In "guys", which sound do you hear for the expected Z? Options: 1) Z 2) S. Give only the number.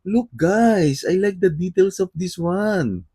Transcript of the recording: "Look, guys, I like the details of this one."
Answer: 2